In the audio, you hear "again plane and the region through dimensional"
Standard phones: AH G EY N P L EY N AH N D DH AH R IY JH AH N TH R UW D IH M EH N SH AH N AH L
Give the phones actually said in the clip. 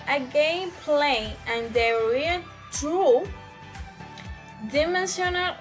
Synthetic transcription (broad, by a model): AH G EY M P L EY AH N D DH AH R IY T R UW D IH M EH N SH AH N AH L